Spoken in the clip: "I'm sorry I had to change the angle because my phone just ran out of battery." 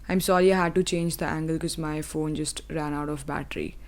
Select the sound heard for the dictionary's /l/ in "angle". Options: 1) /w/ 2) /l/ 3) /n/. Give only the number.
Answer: 2